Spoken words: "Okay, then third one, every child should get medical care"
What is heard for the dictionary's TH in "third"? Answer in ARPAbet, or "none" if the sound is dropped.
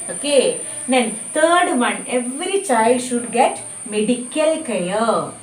T